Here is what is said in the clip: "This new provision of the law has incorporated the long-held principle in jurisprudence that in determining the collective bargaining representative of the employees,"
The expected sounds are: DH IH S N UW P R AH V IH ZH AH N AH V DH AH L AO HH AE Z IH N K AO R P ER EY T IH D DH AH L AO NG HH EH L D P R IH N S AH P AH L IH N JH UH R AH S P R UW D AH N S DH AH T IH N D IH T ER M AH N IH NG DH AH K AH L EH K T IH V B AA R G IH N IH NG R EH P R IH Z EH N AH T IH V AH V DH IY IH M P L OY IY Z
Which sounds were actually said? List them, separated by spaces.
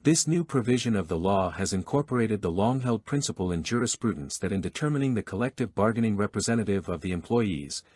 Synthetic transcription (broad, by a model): DH IH S N UW P R AH V IH ZH AH N AH V DH AH L AO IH Z IH N K AO R P ER EY T IH D DH AH L AO NG HH EH L D P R IH N S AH P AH L IH N JH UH R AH S P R UW D N S DH AH T IH N D IH T ER M AH N IH NG DH AH K AH L EH K T IH V B AA R G IH N IH NG R EH P R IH Z EH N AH T IH V AH V DH IY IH M P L OY IY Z